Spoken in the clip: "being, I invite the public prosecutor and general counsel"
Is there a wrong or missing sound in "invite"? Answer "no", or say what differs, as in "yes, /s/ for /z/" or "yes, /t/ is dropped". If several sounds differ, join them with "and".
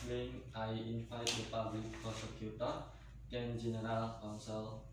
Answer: yes, /f/ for /v/